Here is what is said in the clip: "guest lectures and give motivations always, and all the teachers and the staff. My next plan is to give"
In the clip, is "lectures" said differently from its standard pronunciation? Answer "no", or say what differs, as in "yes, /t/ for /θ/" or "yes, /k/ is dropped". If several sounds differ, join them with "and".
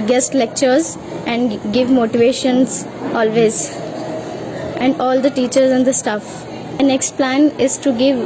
no